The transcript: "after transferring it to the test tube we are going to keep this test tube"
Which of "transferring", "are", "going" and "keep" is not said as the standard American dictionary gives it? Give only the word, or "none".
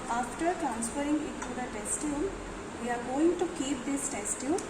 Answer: none